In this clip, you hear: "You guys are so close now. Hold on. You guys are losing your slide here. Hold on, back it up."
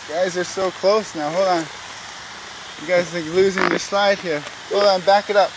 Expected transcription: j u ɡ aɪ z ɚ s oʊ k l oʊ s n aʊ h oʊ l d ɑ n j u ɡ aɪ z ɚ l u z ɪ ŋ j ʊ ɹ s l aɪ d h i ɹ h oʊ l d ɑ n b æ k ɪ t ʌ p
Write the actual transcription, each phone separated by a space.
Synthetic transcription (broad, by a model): ɡ aɪ z ɚ s oʊ k l oʊ s n aʊ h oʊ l ɑ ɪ ɡ aɪ z l u z ɪ ŋ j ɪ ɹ s l aɪ d h i ɹ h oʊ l ɑ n b æ k ɪ t ʌ p